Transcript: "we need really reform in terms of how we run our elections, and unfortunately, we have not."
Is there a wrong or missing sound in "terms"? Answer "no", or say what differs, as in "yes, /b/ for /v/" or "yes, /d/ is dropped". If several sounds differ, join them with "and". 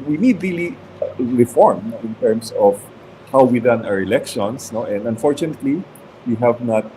yes, /s/ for /z/